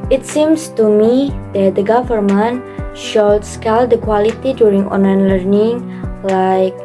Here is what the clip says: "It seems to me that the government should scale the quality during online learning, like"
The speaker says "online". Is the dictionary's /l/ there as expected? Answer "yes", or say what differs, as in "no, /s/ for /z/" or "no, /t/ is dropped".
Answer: no, /l/ is dropped